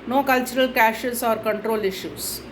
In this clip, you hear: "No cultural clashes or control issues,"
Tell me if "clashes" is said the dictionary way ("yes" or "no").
no